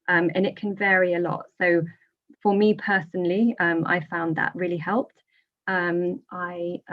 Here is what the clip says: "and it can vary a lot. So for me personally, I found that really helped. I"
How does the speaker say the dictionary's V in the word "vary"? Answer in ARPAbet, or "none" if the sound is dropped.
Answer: V